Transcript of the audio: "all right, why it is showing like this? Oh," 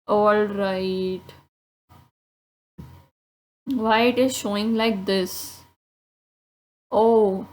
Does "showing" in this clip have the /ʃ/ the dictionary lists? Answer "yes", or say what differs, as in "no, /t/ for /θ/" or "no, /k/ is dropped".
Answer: yes